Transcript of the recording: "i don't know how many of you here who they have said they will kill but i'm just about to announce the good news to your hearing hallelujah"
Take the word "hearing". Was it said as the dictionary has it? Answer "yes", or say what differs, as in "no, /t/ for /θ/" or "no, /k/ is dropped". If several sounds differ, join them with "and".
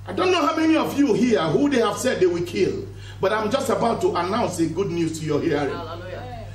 no, /ɹ/ is dropped